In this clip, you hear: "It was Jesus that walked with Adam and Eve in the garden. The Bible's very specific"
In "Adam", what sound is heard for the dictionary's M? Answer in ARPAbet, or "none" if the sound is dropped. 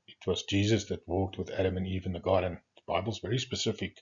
M